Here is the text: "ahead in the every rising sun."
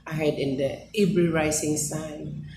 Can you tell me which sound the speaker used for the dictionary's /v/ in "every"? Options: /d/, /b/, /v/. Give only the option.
/b/